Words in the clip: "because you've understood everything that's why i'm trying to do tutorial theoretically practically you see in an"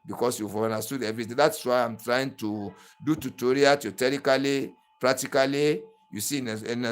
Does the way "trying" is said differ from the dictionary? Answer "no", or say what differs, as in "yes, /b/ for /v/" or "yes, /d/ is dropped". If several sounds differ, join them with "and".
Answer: no